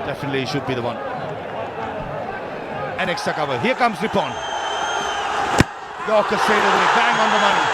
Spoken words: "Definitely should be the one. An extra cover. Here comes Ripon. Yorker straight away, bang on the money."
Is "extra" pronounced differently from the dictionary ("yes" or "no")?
yes